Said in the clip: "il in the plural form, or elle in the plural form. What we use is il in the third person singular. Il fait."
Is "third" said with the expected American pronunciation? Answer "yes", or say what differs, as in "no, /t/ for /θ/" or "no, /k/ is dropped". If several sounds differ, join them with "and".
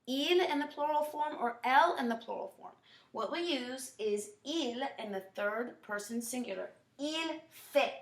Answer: yes